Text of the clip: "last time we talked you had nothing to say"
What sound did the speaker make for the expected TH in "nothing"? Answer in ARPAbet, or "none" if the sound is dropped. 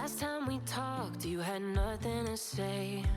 TH